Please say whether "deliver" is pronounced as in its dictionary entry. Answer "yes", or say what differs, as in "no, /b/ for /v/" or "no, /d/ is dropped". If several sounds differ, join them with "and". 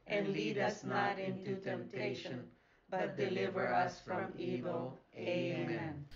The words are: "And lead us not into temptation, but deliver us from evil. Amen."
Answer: yes